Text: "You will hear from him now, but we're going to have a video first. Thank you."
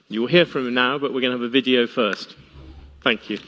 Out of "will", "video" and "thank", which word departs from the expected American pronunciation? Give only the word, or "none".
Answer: none